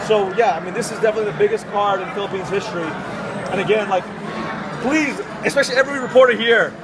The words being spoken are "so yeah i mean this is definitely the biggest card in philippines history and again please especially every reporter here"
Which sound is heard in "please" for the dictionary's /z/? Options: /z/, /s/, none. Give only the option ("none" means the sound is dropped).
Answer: /z/